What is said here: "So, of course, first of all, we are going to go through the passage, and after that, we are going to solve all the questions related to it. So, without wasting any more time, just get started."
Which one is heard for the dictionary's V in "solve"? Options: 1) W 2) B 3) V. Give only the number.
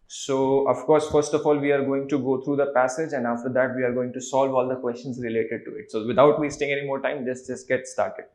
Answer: 3